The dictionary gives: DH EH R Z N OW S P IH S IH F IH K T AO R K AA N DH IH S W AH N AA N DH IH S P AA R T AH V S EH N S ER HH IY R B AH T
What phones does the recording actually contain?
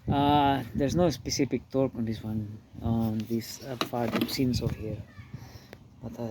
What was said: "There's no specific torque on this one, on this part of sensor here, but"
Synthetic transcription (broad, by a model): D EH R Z N OW S P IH S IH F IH K T AO R K AA N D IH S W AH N AA N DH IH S F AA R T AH S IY N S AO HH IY R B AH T